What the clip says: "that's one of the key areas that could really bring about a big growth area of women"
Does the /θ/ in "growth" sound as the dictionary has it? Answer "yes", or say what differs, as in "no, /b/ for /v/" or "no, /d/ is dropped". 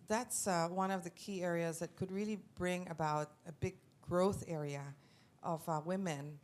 yes